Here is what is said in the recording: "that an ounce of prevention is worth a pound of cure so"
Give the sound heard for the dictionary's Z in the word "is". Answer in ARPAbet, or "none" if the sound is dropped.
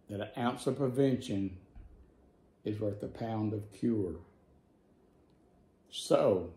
Z